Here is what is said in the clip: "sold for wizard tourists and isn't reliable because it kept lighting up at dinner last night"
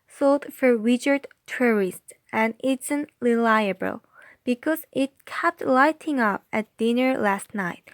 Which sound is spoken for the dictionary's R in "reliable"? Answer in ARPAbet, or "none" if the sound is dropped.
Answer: L